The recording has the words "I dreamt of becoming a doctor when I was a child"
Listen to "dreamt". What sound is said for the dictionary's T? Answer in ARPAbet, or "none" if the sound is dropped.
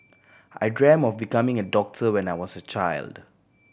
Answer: none